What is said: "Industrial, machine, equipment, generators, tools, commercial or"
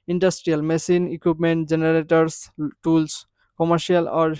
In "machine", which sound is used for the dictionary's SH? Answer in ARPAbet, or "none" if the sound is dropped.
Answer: S